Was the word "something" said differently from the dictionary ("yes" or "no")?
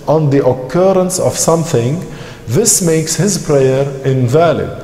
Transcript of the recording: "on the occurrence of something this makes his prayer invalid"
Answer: no